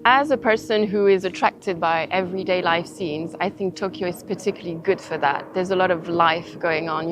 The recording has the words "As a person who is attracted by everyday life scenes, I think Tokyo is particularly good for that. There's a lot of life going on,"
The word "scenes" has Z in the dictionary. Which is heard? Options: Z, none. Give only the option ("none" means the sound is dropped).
Z